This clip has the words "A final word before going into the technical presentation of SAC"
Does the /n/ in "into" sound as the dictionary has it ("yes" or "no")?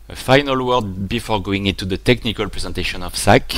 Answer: yes